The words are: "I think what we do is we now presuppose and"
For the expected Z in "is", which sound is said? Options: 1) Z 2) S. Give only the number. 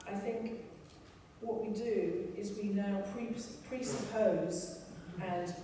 1